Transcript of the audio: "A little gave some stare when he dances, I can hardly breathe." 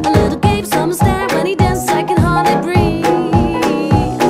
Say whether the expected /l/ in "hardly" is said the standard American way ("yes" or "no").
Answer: no